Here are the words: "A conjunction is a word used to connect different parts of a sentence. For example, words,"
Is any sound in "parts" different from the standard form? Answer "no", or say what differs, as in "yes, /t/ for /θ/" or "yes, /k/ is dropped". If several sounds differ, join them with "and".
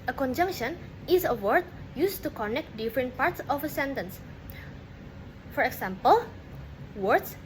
no